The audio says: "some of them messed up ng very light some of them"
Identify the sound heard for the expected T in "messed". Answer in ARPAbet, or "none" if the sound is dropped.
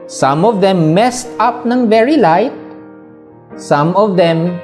T